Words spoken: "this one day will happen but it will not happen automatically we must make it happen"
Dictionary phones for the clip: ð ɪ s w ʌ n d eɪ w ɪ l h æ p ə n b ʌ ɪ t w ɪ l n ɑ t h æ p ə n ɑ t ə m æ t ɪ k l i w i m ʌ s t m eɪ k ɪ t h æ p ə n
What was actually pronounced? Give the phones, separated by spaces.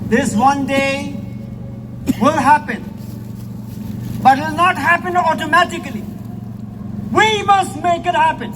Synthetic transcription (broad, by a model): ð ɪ s w ʌ n d eɪ w ɪ l h æ p ə n b ʌ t w ɪ l n ɑ t h æ p ə n ɑ t ə m æ t ɪ k l i w i m ʌ s t m eɪ k ɪ t h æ p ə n